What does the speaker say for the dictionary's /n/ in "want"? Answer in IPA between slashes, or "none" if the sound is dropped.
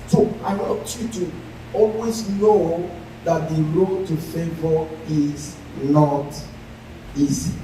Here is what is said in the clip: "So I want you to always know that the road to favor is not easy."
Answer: none